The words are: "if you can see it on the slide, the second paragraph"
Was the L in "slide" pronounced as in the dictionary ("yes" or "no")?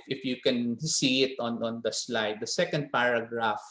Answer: yes